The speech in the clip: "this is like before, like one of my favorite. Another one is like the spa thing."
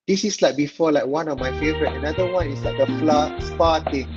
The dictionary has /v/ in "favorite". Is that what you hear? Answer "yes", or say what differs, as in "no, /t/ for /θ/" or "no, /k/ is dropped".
yes